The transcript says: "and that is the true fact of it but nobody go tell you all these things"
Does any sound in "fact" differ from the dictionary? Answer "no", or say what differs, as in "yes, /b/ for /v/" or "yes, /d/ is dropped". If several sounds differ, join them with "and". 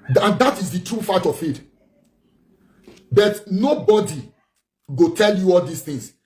yes, /k/ is dropped